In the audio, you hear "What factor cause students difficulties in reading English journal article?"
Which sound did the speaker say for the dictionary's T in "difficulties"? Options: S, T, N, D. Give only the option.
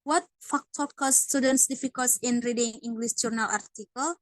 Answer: S